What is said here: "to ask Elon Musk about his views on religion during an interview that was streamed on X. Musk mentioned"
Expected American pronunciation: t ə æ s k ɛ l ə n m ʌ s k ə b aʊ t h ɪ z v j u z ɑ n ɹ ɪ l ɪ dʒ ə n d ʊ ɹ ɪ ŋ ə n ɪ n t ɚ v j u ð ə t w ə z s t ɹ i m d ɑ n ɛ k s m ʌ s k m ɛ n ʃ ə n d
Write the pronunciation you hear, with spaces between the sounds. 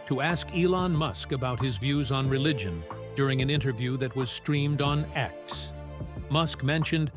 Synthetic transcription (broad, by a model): t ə æ s k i l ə n m ʌ s k ə b aʊ t h ɪ z v j u z n ɹ ɪ l ɪ dʒ ə n d ʊ ɹ ɪ ŋ ə n ɪ n t ɚ v j u ð ə t w ə z s t ɹ i m d n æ k s m ʌ s k m ɛ n ʃ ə n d